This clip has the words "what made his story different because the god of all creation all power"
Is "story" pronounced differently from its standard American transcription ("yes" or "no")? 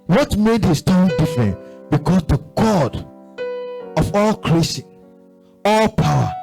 yes